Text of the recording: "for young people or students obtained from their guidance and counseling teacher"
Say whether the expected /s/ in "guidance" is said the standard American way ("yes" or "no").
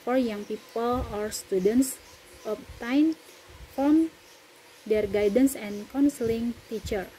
yes